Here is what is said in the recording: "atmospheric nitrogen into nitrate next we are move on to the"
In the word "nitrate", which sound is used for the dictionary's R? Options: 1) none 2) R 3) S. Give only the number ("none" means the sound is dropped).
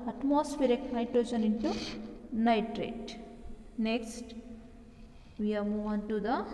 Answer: 2